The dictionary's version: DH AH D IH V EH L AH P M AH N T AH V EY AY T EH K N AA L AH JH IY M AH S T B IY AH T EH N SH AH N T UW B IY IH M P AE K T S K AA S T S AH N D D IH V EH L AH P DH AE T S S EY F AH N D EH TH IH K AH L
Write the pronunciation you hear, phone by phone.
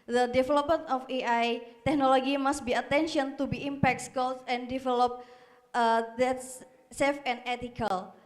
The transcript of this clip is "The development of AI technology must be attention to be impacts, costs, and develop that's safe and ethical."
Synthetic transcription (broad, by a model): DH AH D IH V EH L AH P M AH N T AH F EY AY T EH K N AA L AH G IY M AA S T B IY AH T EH N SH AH N T UW B IY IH M P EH K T S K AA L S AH N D D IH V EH L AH P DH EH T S S EY F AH N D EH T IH K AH L